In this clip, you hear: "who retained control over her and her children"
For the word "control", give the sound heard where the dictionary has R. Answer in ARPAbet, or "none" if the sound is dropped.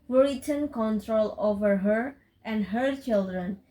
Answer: R